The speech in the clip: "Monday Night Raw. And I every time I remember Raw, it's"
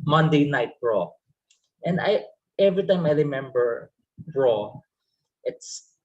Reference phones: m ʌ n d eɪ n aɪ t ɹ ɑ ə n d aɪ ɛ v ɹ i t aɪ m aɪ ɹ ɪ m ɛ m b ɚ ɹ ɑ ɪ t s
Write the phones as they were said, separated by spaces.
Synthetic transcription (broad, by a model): m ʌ n d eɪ n aɪ t ɹ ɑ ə n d aɪ ɛ v ɹ i t aɪ m aɪ ɹ ɪ m ɛ m b ɚ ɹ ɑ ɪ t s